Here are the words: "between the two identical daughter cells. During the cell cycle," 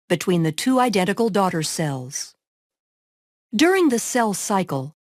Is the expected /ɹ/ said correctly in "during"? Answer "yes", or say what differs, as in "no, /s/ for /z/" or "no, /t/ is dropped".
yes